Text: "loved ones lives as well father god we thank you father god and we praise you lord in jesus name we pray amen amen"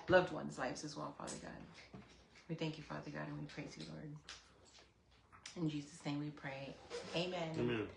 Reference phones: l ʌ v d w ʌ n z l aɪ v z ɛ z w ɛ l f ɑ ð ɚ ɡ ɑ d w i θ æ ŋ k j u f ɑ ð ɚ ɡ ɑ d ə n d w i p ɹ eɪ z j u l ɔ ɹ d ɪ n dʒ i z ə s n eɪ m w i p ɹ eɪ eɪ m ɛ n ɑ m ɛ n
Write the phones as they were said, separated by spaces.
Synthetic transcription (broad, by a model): l ʌ v d w ʌ n z l aɪ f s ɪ z w ɛ l f ɑ ð ɚ ɡ ɑ d w i θ æ ŋ k j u f ɑ ð ɚ ɡ ɑ d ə n w i p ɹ eɪ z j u l ɔ ɹ d ɪ n dʒ i z ə s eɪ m w i p ɹ eɪ eɪ m ɛ n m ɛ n